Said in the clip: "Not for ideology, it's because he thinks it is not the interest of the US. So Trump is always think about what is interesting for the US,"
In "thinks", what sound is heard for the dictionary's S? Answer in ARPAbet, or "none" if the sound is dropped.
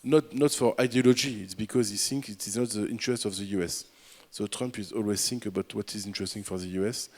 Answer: none